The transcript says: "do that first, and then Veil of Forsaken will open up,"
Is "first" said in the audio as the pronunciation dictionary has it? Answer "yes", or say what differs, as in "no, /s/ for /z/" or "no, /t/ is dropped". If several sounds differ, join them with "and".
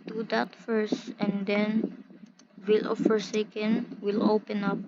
yes